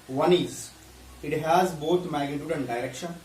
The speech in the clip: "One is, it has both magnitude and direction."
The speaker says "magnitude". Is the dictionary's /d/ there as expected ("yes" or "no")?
yes